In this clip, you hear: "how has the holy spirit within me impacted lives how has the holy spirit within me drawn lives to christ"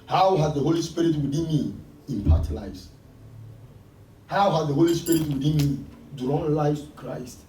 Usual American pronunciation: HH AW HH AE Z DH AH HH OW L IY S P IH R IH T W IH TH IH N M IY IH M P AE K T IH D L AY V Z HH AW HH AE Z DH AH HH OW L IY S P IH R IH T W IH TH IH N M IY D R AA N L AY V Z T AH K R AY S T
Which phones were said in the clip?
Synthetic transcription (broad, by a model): HH AW HH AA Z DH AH HH OW L IY S P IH R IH T W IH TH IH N M IY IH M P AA T L AY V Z HH AW HH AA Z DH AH HH OW L IY S P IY R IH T W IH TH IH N M IY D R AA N L AY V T K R AY S T